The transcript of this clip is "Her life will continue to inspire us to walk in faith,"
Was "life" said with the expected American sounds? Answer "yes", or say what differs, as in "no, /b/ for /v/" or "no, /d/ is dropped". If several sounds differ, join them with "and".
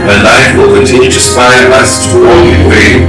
no, /n/ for /l/